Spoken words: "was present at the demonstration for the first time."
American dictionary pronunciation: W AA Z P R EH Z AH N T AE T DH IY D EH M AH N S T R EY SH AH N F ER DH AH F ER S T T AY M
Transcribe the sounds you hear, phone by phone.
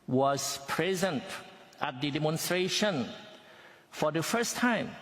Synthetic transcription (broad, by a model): W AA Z P R EH Z AH N T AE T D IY D EH M AH N S T R EY SH AH N F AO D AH F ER S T T AY M